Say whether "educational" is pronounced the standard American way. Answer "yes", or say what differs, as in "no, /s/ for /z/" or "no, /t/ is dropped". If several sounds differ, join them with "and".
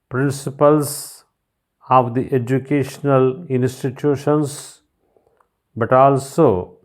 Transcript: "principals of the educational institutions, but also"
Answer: yes